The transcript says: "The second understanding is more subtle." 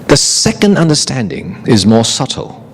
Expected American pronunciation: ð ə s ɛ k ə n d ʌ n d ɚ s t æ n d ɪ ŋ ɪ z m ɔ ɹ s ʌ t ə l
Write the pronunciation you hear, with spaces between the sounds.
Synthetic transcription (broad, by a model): ð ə s ɛ k ə n d ʌ n d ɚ s t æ n d ɪ ŋ ɪ z m ɔ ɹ s ʌ t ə l